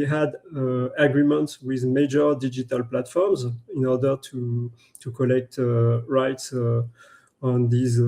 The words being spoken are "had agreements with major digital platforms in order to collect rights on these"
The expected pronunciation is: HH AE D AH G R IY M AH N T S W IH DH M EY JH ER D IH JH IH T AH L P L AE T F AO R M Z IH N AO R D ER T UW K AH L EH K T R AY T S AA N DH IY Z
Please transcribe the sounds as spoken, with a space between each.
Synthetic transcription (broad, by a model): HH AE D AH G R IY M AH N T S W IH DH M EY JH ER D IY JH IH T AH L P L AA T F AO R M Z IH N AO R D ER T UW K AH L EH K T R AY T S AA N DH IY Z